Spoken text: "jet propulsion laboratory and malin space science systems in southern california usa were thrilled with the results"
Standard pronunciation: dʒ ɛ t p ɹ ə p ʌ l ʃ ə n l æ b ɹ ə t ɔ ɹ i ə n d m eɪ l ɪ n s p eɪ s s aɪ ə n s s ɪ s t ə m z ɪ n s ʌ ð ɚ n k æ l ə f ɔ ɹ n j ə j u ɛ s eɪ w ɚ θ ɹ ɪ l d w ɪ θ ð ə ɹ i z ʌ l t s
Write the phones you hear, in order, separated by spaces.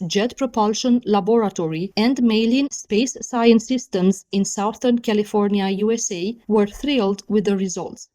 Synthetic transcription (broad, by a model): dʒ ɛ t p ɹ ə p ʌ l ʃ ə n l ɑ b ɹ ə t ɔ ɹ i ə n d m eɪ l ɪ n s p eɪ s s aɪ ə n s s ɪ s t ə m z ɪ n s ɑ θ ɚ n k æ l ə f ɔ ɹ n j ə j u ɛ s eɪ w ɚ θ ɹ ɪ l d w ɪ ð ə ɹ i z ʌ l t s